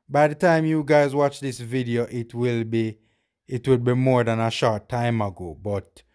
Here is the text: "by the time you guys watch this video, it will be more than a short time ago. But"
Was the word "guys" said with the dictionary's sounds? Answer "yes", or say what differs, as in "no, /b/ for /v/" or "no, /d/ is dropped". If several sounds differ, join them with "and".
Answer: yes